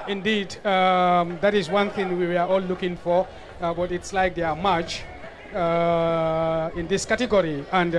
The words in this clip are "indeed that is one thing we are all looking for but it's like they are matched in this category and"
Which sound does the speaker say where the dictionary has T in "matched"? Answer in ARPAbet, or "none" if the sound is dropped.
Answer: none